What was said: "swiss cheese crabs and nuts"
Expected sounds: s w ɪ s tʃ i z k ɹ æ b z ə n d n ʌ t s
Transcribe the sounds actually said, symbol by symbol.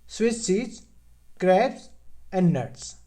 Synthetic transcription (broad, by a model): s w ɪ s s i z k ɹ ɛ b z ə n d n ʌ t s